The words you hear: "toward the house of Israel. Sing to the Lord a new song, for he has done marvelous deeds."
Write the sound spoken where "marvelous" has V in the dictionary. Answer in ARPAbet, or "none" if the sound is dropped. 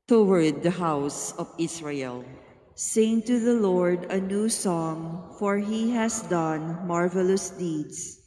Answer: V